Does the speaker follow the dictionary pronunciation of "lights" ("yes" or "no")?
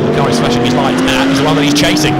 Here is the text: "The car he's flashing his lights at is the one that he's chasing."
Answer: no